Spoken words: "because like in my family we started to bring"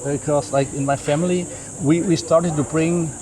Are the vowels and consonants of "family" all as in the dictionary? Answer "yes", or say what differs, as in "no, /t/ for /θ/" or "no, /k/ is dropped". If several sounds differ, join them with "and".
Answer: no, /w/ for /l/